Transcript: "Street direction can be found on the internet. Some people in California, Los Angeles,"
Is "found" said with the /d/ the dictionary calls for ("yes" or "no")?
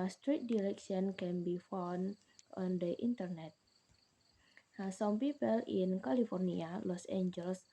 no